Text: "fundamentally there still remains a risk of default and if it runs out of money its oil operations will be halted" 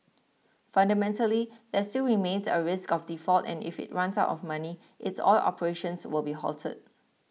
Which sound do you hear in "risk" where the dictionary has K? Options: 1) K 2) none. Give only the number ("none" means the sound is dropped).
1